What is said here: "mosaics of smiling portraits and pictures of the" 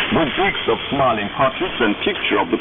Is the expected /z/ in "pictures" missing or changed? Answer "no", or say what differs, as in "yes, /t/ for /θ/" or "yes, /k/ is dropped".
yes, /z/ is dropped